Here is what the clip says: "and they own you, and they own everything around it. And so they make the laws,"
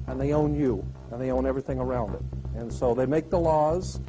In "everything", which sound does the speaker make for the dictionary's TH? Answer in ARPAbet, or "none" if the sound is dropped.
TH